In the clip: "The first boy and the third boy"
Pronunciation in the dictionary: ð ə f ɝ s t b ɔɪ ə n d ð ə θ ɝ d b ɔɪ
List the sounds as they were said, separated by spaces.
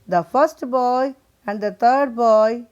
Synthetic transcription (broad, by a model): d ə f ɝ s t b ɔɪ ə n d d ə t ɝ d b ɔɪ